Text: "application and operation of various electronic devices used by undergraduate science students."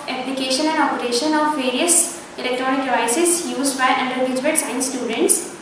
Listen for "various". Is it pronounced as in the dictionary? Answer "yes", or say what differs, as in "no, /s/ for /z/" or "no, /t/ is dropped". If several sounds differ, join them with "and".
yes